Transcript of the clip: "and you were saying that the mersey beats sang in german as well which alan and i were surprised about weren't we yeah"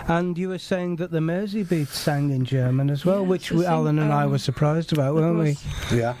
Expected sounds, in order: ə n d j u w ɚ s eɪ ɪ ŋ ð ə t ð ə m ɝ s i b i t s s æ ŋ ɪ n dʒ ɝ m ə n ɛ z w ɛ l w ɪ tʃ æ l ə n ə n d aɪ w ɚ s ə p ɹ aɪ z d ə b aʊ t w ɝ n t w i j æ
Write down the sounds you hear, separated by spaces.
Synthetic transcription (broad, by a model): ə n j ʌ w ɚ s eɪ ɪ ŋ ð ə t ð ə m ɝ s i b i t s s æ ŋ ɪ n dʒ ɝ m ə n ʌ z w ɛ l w ɪ tʃ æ l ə n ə n aɪ w ɚ s ə p ɹ aɪ z d ə b aʊ t w ɝ n t w i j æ